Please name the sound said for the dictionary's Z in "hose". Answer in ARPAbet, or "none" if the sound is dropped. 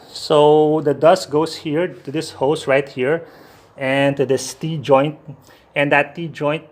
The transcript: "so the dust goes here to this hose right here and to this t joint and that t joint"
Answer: S